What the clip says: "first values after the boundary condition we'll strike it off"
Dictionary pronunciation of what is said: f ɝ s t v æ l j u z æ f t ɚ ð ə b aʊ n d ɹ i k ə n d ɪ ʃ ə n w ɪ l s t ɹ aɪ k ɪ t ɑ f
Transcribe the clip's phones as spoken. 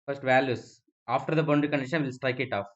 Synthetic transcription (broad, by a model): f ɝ s t v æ l j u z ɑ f t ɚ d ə b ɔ n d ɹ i k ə n d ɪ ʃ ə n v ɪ l s t ɹ aɪ k ɪ t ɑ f